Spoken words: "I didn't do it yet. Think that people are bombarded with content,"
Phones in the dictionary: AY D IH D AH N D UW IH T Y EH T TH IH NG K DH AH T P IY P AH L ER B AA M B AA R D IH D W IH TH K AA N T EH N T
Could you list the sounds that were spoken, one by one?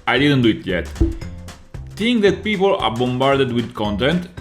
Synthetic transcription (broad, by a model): AY D IH D AH N D UW IH T Y EH T T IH NG K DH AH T P IY P AH L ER B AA M B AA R D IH D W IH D K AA N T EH N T